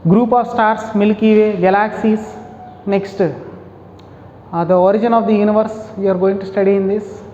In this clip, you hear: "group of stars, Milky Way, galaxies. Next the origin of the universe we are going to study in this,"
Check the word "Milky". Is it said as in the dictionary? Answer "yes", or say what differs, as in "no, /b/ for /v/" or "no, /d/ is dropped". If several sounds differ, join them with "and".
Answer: yes